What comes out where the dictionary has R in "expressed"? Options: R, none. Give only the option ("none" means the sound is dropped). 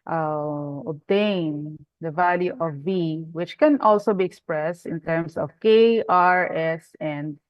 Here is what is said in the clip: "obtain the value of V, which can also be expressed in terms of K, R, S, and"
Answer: R